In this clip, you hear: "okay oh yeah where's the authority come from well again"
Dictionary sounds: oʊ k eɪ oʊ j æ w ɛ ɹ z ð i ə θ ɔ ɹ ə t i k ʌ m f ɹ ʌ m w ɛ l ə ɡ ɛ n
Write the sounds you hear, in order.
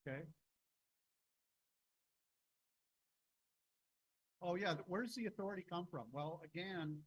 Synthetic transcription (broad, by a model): k eɪ oʊ j æ w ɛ ɹ z ð i ə θ ɔ ɹ ə t i k ʌ m f ɹ ʌ m w ɛ l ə ɡ ɛ n